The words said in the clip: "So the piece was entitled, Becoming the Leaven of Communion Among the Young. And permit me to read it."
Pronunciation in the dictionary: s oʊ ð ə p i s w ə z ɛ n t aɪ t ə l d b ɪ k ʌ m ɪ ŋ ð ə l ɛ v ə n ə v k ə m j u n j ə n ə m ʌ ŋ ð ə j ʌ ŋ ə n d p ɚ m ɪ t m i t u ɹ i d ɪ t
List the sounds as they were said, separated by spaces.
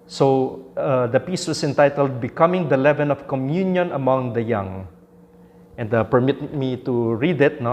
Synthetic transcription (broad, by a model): s oʊ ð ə p i s w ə s ɛ n t aɪ t ə l d b ɪ k ʌ m ɪ ŋ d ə l ɛ v ə n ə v k ə m j u n j ə n ə m ʌ ŋ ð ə j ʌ ŋ ə n d p ɚ m ɪ t m i t u ɹ i d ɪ t